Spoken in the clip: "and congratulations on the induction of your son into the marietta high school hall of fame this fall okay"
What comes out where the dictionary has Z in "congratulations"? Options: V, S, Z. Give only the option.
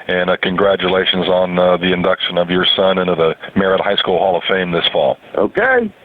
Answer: Z